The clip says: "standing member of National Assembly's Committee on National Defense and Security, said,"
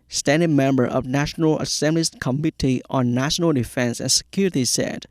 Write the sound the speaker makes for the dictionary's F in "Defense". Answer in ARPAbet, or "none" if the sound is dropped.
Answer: F